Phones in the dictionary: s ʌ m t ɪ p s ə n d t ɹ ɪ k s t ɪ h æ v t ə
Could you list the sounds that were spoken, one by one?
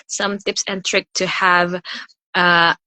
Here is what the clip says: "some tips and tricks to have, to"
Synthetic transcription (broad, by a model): s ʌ m t ɪ p s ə n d t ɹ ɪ k t ɪ h æ v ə